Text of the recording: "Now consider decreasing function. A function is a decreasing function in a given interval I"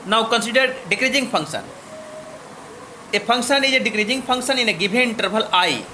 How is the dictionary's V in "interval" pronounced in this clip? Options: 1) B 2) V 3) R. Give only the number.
1